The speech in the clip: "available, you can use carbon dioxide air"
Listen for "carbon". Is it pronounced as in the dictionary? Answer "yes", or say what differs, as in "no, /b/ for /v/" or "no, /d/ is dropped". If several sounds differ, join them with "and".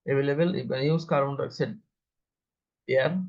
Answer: no, /b/ is dropped